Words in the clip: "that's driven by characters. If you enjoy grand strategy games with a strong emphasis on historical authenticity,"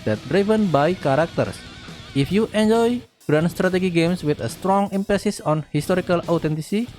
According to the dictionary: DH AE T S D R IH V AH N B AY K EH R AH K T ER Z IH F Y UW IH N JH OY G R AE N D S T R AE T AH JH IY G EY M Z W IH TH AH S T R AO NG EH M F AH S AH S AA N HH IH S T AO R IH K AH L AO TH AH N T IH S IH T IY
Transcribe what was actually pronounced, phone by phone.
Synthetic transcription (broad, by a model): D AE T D R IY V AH N B AY K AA R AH K T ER S IH F Y UW IH N JH OY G R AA N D S T R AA T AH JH IY G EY M S W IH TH AH S T R AO NG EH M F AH S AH S AA N HH IH S T AO R IH K AH L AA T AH N T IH S IY